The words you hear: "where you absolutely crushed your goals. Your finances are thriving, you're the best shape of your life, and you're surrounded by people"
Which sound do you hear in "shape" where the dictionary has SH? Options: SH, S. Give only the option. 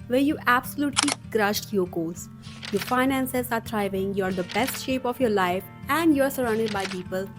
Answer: SH